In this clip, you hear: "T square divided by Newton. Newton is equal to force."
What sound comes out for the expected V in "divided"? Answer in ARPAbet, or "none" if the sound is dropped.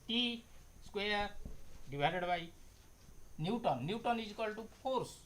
B